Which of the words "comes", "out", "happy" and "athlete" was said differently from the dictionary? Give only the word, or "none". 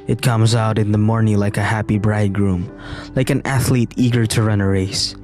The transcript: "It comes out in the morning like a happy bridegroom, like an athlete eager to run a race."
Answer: none